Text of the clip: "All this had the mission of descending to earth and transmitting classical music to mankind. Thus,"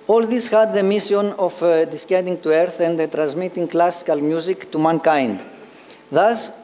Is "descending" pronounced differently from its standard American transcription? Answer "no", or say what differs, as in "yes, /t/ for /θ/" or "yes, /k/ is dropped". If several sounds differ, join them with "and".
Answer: yes, /n/ is dropped